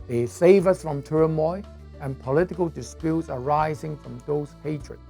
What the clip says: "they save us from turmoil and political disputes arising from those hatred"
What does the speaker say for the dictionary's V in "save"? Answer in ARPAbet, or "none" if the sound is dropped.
V